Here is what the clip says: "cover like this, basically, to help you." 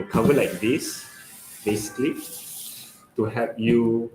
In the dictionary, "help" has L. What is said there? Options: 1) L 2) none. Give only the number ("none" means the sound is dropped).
2